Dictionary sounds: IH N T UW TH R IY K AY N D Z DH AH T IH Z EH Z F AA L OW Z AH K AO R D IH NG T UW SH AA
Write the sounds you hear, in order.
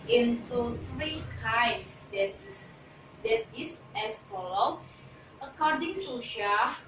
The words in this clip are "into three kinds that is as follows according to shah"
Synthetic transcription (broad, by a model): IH N T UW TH R IY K AY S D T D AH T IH S EH S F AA L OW AH K AO D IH NG T UW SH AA